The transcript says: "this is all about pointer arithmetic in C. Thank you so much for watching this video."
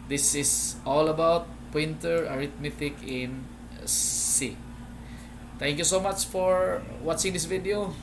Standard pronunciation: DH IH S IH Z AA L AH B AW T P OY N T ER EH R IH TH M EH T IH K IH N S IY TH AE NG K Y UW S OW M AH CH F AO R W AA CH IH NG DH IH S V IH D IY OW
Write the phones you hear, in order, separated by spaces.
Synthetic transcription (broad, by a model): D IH S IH S AA L AH B AW T P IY N T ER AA R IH T M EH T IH K IH N S IY T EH NG K Y UW S OW M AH CH F AO R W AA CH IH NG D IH S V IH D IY OW